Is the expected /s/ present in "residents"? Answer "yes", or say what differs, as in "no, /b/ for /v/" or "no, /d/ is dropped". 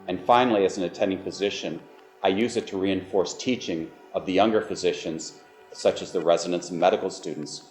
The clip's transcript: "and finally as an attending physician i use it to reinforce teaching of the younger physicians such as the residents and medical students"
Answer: yes